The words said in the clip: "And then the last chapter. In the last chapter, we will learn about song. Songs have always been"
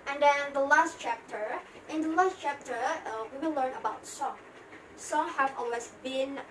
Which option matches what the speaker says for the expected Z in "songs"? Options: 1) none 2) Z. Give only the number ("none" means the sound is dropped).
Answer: 1